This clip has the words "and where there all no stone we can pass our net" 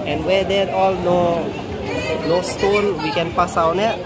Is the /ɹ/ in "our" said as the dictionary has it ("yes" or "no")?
no